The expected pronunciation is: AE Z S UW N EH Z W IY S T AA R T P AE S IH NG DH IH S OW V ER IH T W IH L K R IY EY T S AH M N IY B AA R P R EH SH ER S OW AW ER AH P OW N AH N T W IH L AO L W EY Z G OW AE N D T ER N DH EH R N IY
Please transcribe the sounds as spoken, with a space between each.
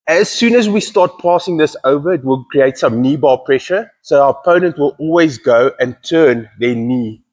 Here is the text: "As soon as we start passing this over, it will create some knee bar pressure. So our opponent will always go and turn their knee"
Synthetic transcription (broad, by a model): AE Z S UW N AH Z W IY S T AA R T P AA S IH NG DH IH S OW V ER IH T W IH L K R IY EY T S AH M N IY B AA P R EH SH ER S OW AW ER AH P OW N AH N T W IH L AO L W EY Z G OW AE N T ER N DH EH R N IY